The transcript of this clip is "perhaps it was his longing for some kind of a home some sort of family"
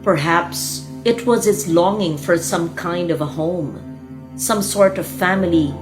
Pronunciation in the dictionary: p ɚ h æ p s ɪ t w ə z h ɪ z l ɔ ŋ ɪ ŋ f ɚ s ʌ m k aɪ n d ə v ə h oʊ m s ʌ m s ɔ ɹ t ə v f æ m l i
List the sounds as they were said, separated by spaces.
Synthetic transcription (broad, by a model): p ɚ h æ p s ɪ t w ə z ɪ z l ɔ ŋ ɪ ŋ f ɚ s ʌ m k aɪ n d ə v ə h oʊ m s ʌ m s ɔ ɹ t ə v f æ m l i